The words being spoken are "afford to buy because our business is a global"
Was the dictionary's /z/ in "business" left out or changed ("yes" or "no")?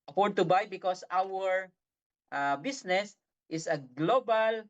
yes